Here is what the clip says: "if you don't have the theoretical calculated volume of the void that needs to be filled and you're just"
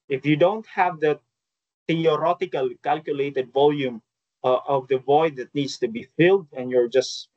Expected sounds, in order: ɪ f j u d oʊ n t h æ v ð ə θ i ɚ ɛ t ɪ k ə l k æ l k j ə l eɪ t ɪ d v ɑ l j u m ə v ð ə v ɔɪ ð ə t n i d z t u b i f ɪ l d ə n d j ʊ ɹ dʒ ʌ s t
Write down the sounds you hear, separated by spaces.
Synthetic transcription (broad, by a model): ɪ f j u d oʊ n t h æ v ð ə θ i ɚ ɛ t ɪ k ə l k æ l k j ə l eɪ t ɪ d v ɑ l j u m ə v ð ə v ɔɪ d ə t n i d s t u b i f ɪ l d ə n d j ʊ ɹ dʒ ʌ s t